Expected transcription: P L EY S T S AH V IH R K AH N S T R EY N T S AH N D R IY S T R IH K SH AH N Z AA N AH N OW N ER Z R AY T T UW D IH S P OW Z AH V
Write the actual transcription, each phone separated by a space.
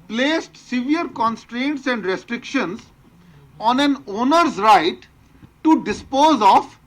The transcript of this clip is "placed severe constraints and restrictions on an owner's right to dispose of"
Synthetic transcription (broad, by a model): P L EY S T S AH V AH R K AH N S T R EY N T S AH N D R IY S T R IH K SH AH N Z AA N AH N OW N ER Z R AY T T UW D IH S P OW Z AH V